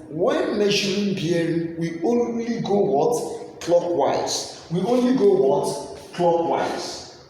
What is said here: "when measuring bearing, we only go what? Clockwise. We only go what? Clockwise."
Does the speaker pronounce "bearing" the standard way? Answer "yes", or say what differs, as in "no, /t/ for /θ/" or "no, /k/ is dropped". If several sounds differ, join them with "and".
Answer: no, /ɹ/ is dropped